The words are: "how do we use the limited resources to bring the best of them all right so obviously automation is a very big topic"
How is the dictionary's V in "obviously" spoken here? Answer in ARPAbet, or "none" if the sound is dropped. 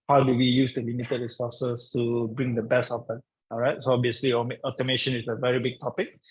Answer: none